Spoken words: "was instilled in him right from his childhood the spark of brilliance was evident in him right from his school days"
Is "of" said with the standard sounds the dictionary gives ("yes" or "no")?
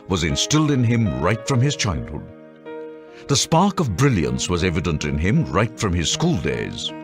yes